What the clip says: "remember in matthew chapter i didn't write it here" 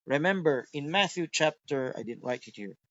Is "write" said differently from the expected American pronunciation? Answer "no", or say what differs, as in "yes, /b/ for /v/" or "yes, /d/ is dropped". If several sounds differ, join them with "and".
yes, /l/ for /ɹ/